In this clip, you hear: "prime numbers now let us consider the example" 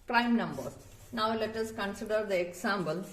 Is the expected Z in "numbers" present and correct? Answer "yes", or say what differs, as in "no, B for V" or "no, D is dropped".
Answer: no, Z is dropped